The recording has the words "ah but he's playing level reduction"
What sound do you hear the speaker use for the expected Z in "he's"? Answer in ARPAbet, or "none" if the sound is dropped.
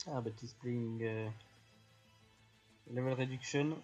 S